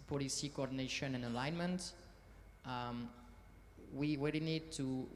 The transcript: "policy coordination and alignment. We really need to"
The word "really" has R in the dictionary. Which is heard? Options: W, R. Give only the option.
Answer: W